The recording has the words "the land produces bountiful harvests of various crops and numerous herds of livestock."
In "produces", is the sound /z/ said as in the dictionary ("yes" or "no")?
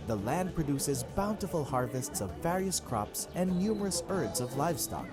yes